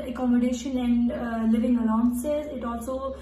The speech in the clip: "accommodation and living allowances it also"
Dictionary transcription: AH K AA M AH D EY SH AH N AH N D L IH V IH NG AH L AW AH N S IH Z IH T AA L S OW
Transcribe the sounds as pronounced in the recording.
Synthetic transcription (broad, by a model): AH K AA M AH D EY SH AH N AH N D L IH V IH NG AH N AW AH N S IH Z IH T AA L S OW